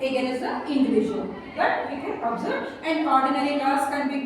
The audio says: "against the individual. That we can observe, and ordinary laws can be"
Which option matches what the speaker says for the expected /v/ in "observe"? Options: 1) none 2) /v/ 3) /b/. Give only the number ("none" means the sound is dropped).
1